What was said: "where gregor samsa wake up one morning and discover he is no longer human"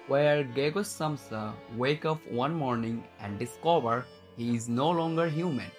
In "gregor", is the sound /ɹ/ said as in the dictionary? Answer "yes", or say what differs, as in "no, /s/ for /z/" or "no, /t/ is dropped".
no, /ɹ/ is dropped